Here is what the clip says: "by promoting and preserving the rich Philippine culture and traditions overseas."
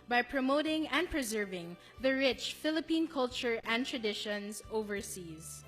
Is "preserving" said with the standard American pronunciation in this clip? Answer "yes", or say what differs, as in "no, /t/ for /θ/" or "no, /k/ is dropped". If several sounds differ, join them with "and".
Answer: yes